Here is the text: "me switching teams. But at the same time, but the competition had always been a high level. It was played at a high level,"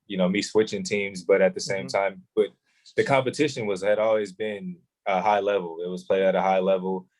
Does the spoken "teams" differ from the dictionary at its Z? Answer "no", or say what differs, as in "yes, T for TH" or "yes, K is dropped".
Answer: no